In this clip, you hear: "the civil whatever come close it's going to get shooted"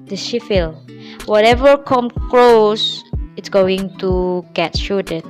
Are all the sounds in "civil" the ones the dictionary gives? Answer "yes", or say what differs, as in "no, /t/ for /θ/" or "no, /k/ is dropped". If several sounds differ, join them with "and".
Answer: no, /ʃ/ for /s/ and /f/ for /v/